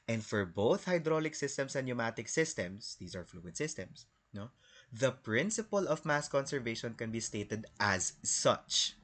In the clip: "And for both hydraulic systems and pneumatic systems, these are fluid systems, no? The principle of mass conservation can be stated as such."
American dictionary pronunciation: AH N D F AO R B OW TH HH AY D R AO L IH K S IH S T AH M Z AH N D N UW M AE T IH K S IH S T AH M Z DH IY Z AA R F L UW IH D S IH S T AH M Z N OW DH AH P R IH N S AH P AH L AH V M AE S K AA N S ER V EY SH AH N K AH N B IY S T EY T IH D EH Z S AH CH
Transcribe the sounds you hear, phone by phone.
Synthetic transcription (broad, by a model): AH N D F AO R B OW TH HH AY D R AO L IH K S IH S T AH M S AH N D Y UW M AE T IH K S IH S T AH M S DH IY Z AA R F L UW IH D S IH S T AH M S N OW DH AH P R IH N S AH P AH L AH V M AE S K AA N S ER V EY SH AH N K AH N B IY S T EY T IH D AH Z S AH CH